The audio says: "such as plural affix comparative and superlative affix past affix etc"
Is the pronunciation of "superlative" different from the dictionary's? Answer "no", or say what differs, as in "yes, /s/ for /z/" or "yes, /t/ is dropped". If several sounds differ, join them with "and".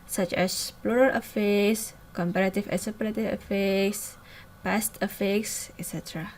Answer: yes, /l/ is dropped